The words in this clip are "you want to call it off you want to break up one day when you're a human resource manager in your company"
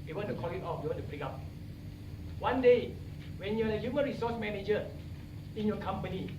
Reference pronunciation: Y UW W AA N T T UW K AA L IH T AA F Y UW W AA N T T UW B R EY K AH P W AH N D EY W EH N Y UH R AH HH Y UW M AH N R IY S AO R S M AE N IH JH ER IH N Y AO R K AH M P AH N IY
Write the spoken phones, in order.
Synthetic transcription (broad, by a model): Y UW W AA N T T UW K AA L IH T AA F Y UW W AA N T T UW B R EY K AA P W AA N D EY W EH N Y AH L AH HH Y UW M AH N R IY S AO S M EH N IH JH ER IH N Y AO K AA M P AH N IY